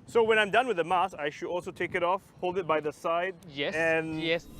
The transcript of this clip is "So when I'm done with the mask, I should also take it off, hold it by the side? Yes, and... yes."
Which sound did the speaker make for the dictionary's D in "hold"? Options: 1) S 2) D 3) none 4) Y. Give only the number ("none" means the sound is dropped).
2